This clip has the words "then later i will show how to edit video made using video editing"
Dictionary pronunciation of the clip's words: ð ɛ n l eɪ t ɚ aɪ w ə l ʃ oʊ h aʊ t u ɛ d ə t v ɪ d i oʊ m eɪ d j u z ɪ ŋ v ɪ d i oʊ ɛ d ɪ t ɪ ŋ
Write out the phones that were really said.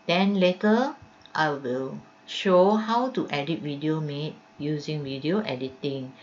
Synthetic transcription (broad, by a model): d ɛ n l eɪ t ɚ aɪ w ə l ʃ oʊ h aʊ t u ɛ d ə t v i d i oʊ m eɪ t j u z ɪ ŋ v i d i oʊ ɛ d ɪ t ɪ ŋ